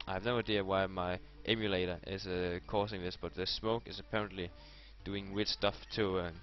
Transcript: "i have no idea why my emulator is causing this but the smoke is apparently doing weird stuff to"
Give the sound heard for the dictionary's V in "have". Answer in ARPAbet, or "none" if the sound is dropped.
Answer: V